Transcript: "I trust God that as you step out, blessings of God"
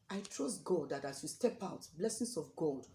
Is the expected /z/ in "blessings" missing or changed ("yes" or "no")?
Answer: yes